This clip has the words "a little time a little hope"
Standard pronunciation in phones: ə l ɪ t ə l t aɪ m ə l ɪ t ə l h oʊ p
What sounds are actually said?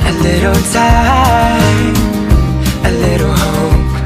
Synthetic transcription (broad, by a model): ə l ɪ t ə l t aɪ ə l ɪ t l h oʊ